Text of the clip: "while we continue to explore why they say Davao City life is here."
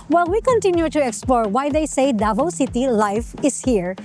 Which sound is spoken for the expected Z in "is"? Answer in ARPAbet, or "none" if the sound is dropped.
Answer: S